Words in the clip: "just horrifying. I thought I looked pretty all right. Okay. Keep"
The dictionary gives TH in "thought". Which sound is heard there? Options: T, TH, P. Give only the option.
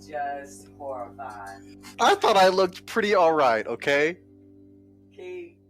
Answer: TH